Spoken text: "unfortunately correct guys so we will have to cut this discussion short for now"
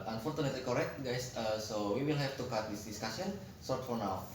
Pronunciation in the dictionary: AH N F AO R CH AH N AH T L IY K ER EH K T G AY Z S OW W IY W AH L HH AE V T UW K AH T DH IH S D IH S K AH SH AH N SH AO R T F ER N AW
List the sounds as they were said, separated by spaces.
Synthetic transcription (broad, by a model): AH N F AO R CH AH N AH T L IY K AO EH K T G AY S S OW W IY W AH L HH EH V T UW K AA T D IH S D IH S K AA S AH N S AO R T F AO N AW